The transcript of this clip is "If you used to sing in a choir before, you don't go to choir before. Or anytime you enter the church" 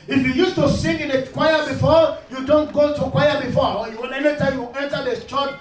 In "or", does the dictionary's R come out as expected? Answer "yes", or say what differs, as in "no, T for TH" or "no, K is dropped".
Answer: no, L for R